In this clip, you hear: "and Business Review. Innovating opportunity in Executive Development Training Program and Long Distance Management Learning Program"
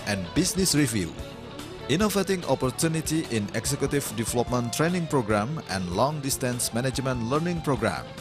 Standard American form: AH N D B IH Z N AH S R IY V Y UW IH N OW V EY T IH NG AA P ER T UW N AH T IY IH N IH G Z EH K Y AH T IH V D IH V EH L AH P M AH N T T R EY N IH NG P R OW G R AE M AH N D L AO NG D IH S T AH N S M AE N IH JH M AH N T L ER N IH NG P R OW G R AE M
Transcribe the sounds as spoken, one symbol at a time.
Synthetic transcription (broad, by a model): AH N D B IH S N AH S R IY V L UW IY N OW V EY T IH NG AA P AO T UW N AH T IY IH N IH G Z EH K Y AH T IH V D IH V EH L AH P M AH N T T R EY N IH NG P R OW G R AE M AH N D L AO NG D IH S T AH N S M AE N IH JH M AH N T L ER N IH NG P R OW G R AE M